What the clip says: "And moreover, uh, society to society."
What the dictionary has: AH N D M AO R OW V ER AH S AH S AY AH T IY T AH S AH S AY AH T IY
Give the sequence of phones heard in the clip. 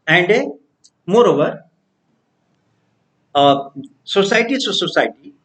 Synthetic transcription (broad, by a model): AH N D M AO R OW V ER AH S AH S AY T IY S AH S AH S AY T IY